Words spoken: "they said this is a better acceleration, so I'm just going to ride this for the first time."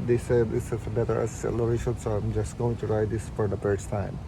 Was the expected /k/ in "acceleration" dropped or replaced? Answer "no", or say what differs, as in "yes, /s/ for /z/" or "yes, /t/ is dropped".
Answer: yes, /k/ is dropped